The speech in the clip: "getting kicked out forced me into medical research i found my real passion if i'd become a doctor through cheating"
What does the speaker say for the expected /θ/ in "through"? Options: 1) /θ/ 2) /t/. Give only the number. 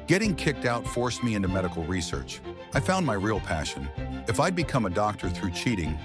1